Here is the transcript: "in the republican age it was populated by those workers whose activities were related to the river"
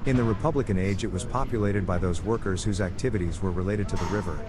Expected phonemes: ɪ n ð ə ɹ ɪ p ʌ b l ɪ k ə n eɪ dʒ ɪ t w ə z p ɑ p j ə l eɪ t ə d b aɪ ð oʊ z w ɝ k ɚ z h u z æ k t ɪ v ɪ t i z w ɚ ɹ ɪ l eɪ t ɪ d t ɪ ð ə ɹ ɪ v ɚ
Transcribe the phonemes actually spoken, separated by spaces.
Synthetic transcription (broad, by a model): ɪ n ð ə ɹ ɪ p ʌ b l ɪ k ə n eɪ dʒ ɪ t w ə z p ɑ p j ə l eɪ t ə d b aɪ ð oʊ z w ɝ k ɚ z h u z æ k t ɪ v ɪ t i z w ɚ ɹ ɪ l eɪ t ɪ d t ɪ ð ə ɹ ɪ v ɚ